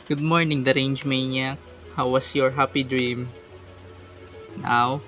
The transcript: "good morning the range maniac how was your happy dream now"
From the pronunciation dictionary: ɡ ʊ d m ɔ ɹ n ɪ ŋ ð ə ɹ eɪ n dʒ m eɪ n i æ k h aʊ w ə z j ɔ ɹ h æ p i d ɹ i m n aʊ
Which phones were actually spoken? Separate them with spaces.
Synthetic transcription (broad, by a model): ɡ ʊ d m ɔ ɹ n ɪ ŋ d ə ɹ eɪ n dʒ m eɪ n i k h aʊ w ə s j ɔ ɹ h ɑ p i d ɹ i m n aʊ